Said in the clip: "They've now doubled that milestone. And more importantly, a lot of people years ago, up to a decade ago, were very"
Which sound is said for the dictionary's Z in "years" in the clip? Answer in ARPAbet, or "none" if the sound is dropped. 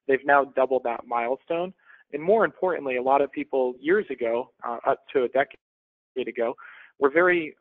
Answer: Z